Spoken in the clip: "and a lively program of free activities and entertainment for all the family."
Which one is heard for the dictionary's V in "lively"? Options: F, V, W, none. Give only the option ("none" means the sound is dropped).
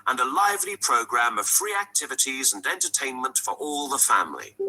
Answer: V